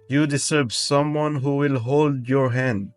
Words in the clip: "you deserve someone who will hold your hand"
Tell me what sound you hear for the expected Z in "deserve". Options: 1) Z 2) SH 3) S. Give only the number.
3